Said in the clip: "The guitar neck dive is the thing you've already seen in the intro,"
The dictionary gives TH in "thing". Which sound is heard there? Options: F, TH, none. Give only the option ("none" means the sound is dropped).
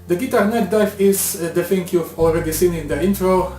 F